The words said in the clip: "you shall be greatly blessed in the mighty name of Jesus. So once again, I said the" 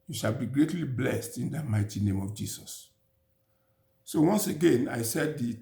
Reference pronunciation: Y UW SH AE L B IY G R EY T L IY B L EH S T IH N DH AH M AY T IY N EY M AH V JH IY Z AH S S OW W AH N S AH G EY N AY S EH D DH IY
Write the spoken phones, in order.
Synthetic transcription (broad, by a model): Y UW SH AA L B IY G R EY T L IY B L EH S T IH N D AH M AY T IY N EY M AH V JH IY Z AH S S OW W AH N S AH G EY N AY S EH D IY